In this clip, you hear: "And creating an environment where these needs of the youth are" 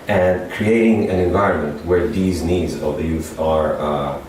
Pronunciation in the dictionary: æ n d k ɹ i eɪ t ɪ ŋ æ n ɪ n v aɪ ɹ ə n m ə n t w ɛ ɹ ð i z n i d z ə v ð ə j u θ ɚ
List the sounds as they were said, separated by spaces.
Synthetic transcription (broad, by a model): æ n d k ɹ i eɪ t ɪ ŋ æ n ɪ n v aɪ ɹ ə n m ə n t w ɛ ɹ ð i z n i d z ə v ð ə j u θ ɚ